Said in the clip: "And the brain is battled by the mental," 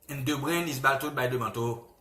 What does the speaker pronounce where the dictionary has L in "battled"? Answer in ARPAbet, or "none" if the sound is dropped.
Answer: none